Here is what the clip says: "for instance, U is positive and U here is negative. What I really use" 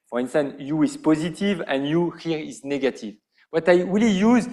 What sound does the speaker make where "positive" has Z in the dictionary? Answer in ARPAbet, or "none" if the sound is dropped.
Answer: Z